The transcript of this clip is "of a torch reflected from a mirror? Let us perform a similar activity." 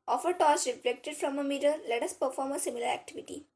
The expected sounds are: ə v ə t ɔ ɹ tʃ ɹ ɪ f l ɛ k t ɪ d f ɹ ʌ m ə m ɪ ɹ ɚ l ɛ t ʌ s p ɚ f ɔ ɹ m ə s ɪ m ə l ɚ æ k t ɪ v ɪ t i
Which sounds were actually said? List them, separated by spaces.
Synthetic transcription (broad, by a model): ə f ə t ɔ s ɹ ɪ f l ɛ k t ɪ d f ɹ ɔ m ə m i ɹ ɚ l ɛ t ʌ s p ɚ f ɔ ɹ m ə s ɪ m ə l ɚ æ k t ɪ v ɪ t i